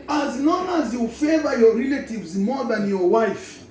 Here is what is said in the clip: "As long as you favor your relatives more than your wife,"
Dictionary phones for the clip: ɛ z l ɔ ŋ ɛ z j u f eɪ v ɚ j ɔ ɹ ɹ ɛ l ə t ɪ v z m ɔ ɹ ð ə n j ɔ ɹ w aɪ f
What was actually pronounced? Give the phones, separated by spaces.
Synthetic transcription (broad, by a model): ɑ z n ɔ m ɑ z j u f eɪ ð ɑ j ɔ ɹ ɹ ɛ l ə t ɪ v z m ɔ ð ə n j ɔ w aɪ f